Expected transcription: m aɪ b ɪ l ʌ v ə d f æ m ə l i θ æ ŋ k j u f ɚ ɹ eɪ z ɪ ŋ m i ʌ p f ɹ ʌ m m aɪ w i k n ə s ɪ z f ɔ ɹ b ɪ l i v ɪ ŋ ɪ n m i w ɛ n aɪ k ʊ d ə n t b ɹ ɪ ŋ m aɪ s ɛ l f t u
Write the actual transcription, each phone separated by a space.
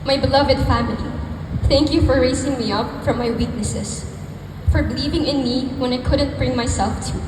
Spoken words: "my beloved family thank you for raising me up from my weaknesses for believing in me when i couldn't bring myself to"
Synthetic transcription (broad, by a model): m aɪ b ɪ l ʌ v ə d f æ m ə l i θ æ ŋ k j u f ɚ ɹ eɪ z ɪ ŋ m i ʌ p f ɹ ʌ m m aɪ w i k n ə s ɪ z f ɔ ɹ b ɪ l i v ɪ ŋ ɪ n m i w ɛ n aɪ k ʊ d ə n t b ɹ ɪ ŋ m aɪ s ɛ l f t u